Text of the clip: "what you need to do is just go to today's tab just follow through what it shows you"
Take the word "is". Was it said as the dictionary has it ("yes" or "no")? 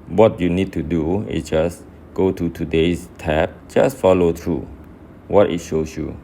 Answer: no